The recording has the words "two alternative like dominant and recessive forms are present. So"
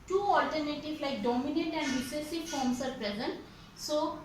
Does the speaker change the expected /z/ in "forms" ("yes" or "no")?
yes